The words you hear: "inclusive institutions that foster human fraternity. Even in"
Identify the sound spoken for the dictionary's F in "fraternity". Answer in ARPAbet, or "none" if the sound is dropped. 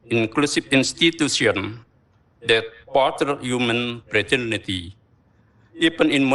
P